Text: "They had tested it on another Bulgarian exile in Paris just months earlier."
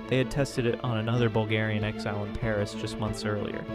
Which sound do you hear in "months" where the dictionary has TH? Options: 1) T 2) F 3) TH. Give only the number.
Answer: 3